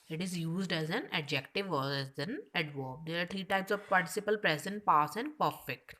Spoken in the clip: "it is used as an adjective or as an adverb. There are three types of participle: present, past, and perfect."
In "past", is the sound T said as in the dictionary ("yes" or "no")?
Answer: no